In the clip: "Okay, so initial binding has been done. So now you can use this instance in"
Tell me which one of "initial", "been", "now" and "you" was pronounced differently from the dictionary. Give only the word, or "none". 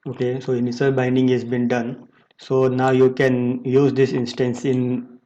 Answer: initial